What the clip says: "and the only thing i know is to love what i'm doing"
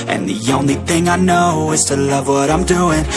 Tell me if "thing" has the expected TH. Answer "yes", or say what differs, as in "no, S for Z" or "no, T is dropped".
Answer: yes